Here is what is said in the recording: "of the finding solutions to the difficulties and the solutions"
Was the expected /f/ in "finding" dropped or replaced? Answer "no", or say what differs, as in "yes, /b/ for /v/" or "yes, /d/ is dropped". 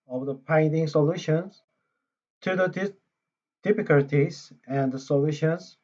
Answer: yes, /p/ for /f/